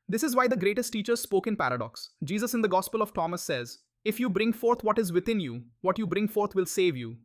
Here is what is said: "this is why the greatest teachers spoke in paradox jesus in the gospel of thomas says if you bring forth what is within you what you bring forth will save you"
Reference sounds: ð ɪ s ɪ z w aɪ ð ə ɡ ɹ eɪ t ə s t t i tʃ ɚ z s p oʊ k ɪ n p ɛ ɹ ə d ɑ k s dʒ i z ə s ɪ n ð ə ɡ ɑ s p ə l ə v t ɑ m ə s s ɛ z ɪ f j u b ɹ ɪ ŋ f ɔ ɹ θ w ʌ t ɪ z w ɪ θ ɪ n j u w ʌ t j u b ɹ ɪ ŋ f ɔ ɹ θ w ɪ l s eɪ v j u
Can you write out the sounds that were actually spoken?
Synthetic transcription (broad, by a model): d ɪ s ɪ z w aɪ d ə ɡ ɹ eɪ t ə s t t i tʃ ɚ z s p oʊ k ɪ n p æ ɹ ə d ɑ k s dʒ i z ə s ɪ n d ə ɡ ɑ s p ə l ə v t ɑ m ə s s ɛ z ɪ f j u b ɹ ɪ ŋ f ɔ ɹ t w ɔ t ɪ z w ɪ t ɪ n j u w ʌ t j u b ɹ ɪ ŋ f ɔ ɹ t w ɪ l s eɪ v j u